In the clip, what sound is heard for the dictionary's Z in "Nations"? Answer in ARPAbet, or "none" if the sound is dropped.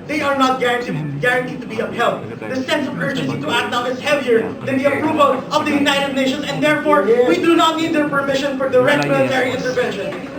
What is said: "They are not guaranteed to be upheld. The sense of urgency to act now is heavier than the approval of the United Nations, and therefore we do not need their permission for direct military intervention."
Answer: S